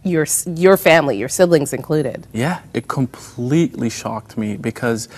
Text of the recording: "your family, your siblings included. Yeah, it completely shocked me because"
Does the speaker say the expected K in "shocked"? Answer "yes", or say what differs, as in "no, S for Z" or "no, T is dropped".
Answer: yes